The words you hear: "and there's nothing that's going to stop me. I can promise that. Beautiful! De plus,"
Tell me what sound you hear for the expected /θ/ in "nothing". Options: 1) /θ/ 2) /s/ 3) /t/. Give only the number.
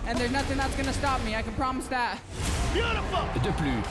1